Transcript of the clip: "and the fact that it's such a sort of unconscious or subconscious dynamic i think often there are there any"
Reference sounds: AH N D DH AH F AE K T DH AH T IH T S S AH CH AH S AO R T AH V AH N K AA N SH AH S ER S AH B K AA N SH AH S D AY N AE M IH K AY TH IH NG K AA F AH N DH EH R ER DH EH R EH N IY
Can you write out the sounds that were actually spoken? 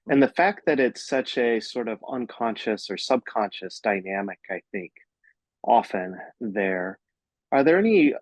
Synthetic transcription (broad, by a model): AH N DH AH F AE K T DH AH T IH T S S AH CH AH S AO R T AH V AH N K AA N SH AH S ER S AH B K AA N SH AH S D AY N AE M IH K AY TH IH NG K AA F AH N DH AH R ER DH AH R EH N IY